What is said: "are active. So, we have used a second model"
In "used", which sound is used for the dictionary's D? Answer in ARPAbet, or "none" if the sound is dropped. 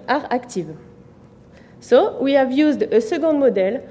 D